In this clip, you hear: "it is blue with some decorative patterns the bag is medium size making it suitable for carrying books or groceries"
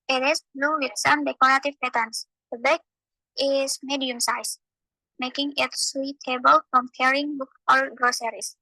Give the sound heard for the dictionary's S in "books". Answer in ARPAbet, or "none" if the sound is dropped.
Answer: none